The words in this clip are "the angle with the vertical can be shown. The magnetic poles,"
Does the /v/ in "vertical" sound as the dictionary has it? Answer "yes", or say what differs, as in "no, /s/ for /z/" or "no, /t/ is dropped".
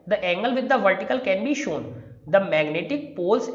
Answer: yes